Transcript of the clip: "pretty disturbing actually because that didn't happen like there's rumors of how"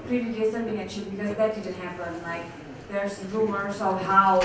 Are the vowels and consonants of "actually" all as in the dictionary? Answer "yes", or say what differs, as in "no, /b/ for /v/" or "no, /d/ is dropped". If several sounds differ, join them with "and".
no, /k/ is dropped and /l/ is dropped